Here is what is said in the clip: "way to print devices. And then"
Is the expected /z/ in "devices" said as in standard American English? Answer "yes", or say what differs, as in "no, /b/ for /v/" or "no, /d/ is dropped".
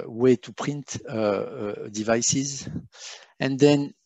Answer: yes